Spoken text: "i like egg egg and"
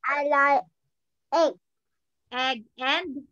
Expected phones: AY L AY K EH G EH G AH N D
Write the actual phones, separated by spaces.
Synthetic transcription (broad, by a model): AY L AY EH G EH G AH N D